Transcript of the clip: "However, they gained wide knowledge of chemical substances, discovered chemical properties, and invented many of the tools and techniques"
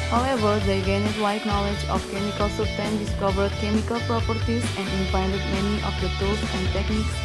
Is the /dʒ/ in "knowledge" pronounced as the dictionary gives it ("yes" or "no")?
yes